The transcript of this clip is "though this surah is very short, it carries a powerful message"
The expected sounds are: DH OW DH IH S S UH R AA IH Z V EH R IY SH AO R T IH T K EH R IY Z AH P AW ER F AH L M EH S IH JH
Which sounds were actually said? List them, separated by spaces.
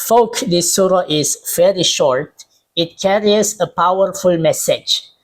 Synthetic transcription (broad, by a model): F OW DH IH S S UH R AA IH Z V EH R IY SH AO R T IH T K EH R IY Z AH P AW ER F AH L M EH S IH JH